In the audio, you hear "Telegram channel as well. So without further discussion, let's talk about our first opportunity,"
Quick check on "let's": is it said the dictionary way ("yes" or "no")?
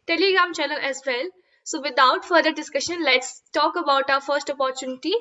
yes